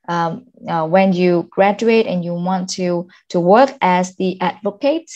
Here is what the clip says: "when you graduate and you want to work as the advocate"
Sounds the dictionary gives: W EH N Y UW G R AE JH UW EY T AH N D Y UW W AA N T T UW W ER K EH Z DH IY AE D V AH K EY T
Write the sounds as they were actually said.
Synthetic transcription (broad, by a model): W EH N Y UW G R AE JH UW EY T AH N Y UW W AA N T T UW W ER K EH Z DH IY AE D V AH K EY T